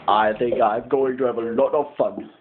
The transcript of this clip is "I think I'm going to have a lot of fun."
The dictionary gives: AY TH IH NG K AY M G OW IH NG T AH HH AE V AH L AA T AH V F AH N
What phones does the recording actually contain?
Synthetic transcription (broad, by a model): AY TH IH NG K AY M G OW IH NG T AH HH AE V AH L AA T AH V F AH N